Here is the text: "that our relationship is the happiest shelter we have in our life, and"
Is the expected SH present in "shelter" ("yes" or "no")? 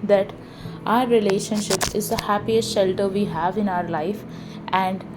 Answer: yes